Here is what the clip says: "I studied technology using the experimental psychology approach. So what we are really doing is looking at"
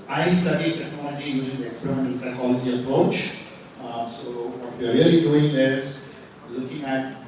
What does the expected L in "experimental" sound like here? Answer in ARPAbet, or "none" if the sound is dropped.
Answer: N